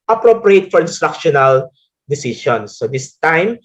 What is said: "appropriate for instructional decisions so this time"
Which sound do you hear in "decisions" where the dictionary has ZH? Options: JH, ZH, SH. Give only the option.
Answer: SH